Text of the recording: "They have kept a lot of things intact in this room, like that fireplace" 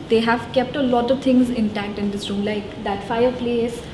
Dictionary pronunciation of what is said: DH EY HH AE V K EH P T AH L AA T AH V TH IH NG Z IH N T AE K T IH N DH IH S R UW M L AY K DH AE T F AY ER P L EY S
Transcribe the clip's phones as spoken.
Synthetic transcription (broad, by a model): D EY HH AE V K EH P T AH L AA T AH V T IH NG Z IH N T AE K T IH N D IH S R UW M L AY K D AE T F AY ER P L EY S